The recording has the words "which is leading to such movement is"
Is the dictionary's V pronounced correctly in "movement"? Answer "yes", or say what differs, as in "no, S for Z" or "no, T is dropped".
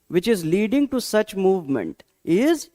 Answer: yes